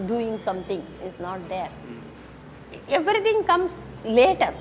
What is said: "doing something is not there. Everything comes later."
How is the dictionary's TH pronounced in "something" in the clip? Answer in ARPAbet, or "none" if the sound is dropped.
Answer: T